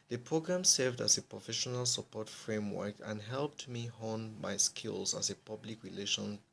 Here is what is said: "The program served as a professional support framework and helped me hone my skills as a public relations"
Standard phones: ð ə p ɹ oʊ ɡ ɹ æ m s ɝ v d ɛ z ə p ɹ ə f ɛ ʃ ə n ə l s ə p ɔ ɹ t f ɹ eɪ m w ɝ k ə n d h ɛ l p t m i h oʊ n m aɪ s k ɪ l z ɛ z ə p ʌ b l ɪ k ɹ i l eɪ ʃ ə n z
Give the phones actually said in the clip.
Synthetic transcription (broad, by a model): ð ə p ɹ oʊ ɡ ɹ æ m s ɝ v d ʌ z ə p ɹ ə f ɛ ʃ ə n ə l s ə p ɔ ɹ t f ɹ eɪ m w ɝ k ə n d h ɛ l p t m i h oʊ n m aɪ s k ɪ l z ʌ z ə p ʌ b l ɪ k ɹ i l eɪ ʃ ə n